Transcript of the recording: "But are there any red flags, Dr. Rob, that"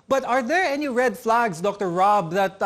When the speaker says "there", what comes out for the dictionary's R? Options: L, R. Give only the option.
R